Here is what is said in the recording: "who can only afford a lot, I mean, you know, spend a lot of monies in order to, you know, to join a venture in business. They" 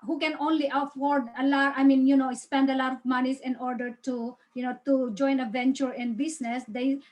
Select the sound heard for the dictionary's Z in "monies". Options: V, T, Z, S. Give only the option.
S